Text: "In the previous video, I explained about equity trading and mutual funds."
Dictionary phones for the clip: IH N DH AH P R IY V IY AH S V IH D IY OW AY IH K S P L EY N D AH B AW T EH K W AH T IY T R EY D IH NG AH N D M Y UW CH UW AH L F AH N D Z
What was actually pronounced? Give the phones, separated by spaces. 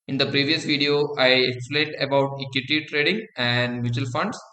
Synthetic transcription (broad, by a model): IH N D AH P R IY V IY AH S V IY D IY OW AY IH K S P L EY N D AH B AW T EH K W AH T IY T R EY D IH NG AH N D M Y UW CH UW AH L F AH N D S